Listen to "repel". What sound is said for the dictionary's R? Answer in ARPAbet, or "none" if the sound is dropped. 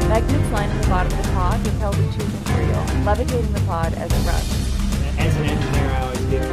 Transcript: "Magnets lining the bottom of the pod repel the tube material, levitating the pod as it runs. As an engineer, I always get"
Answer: W